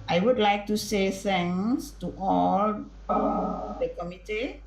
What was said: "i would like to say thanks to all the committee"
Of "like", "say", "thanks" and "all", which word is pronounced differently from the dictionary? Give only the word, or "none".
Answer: thanks